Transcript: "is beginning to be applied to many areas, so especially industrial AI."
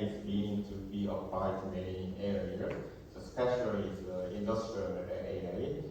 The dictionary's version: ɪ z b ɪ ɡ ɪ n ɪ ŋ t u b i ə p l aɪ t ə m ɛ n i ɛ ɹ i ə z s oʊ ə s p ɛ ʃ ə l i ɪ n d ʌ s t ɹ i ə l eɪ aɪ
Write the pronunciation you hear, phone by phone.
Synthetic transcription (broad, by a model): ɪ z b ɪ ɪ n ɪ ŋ t u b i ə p aɪ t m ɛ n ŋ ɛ ɹ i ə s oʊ s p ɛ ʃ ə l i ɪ n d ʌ s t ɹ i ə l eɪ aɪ